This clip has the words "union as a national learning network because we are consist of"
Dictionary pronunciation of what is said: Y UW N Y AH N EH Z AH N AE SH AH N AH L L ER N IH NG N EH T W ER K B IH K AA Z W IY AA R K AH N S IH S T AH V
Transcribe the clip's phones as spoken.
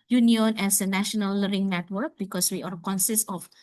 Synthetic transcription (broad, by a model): Y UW N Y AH N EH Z AH N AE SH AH N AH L L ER IH NG N EH T W ER K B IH K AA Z W IY AA R K AH N S IH S T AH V